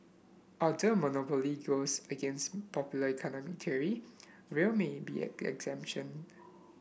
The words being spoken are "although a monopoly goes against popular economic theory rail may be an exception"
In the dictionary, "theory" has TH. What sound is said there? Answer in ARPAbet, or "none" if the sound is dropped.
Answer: T